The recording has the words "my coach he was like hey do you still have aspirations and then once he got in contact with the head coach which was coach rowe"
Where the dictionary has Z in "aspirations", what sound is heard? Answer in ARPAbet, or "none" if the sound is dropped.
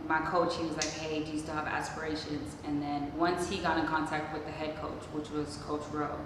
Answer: Z